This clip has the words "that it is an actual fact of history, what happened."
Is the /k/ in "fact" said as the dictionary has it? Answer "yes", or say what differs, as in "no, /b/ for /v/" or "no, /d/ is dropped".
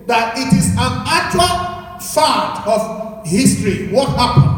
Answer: no, /k/ is dropped